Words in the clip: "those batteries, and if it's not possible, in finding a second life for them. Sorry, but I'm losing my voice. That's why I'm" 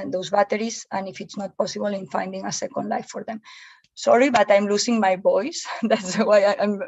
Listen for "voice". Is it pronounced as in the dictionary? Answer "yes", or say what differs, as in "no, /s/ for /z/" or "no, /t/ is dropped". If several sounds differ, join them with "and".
no, /b/ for /v/